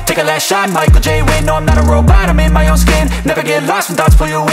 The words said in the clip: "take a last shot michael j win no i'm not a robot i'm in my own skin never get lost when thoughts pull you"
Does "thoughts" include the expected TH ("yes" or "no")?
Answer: no